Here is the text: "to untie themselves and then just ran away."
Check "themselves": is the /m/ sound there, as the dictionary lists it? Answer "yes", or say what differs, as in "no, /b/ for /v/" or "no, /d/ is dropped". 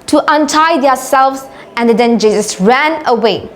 no, /m/ is dropped